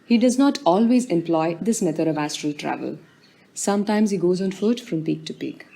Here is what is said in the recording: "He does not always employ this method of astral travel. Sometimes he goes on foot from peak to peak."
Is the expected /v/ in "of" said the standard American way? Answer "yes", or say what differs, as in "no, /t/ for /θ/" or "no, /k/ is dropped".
yes